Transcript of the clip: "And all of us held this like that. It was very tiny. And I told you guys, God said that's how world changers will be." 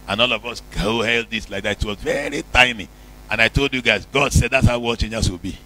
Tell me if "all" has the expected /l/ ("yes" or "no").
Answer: yes